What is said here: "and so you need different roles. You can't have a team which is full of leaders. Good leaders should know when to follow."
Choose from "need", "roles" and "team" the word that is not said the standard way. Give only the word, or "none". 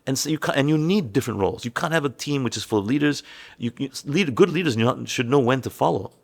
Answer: none